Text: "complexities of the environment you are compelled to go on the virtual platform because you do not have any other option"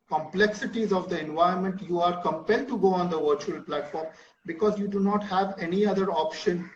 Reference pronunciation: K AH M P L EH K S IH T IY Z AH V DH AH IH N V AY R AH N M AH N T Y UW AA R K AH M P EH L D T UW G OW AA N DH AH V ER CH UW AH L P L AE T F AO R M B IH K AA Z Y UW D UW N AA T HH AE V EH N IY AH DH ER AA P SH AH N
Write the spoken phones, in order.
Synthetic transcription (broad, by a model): K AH M P L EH K S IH T IY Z AH V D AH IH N V AY AH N M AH N T Y UW AA R K AH M P EH L D T UW G OW AA N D AH V ER CH UW AH L P L AE T F AO R M B IH K AA Z Y UW D UW N AA T HH AE V EH N IY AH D ER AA P SH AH N